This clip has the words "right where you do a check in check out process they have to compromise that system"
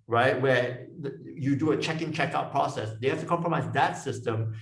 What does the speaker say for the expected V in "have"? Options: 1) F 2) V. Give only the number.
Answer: 1